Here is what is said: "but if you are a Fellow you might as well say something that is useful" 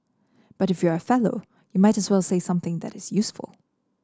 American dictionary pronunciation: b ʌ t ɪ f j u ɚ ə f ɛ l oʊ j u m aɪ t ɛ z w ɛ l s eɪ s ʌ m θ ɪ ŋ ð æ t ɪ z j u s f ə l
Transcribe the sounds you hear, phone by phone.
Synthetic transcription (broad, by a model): b ʌ t ɪ f j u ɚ ə f ɛ l oʊ j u m aɪ t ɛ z w ɛ l s eɪ s ʌ m θ ɪ ŋ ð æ t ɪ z j u s f ə l